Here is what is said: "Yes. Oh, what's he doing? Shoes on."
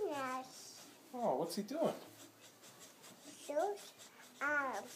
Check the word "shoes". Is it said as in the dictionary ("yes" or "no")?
no